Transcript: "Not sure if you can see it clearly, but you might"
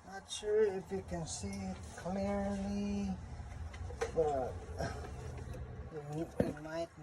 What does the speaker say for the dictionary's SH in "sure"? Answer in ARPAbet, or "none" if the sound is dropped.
SH